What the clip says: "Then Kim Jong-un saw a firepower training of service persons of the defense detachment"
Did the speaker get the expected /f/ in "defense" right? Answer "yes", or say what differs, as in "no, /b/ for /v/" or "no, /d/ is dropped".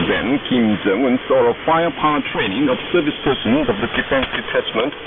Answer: yes